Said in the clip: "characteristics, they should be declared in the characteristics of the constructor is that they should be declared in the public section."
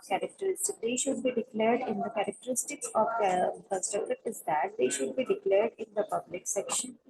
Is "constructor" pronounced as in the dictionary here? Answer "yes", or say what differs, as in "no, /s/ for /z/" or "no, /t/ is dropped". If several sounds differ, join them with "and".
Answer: no, /n/ is dropped and /ɹ/ is dropped